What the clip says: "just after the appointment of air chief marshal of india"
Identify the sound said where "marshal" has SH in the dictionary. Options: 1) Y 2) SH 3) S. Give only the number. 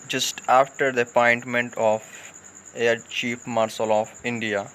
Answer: 3